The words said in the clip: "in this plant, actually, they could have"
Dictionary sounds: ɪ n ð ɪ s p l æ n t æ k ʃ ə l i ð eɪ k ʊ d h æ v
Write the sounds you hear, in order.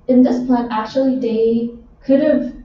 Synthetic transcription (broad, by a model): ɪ n ð ɪ s p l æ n æ k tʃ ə l i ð eɪ k ʊ d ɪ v